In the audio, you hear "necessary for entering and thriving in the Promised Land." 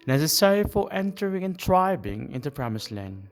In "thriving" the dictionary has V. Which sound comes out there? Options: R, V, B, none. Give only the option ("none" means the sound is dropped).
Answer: B